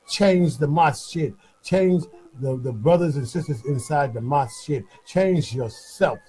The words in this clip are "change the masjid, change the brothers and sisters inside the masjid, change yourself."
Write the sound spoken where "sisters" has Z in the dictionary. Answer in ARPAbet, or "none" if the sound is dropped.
Z